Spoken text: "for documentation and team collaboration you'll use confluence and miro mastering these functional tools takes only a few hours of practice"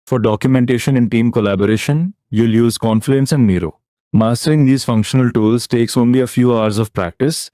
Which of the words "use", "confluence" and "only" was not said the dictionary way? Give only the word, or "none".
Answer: confluence